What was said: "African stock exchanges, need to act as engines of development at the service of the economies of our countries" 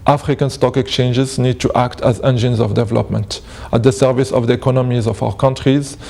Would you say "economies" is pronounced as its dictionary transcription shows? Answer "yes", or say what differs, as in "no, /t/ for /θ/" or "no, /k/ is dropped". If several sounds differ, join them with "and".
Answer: yes